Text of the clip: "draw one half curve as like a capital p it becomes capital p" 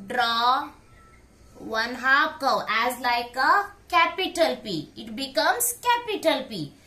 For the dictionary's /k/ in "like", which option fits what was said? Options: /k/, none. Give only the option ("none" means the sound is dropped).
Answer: /k/